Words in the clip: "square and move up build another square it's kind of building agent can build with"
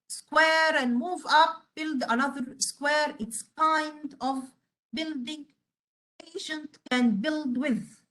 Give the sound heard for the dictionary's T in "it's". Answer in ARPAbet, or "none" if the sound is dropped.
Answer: T